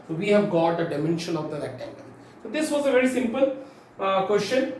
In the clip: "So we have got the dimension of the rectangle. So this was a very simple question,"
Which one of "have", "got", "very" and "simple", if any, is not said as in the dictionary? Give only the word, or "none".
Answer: none